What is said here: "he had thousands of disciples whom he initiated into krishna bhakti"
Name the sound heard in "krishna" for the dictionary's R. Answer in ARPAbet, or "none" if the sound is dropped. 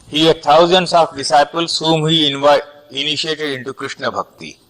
R